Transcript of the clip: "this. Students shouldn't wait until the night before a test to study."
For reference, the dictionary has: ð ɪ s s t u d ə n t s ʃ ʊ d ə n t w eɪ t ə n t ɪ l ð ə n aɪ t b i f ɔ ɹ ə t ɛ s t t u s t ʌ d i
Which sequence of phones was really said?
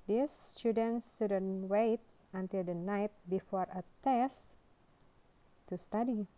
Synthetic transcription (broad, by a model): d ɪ s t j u d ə n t s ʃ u d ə n w eɪ t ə n t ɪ l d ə n aɪ t b i f ɔ ɹ ə t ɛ s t t u s t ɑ d i